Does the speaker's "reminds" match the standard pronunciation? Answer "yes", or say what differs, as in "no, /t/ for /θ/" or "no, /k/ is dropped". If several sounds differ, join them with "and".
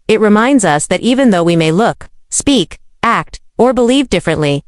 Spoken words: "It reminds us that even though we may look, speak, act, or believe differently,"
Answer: yes